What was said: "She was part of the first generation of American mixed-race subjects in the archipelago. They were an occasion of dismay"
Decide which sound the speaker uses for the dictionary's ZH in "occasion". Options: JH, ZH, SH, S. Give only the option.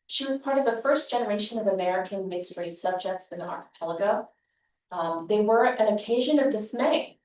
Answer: ZH